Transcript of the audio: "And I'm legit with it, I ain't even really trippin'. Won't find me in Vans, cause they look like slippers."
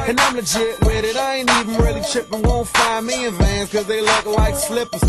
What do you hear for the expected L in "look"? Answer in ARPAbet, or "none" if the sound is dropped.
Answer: L